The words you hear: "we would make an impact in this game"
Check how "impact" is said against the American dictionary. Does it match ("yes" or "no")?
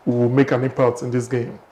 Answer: no